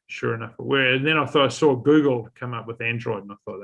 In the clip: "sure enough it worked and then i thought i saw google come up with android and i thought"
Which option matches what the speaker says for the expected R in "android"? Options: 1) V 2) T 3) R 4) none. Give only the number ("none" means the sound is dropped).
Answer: 3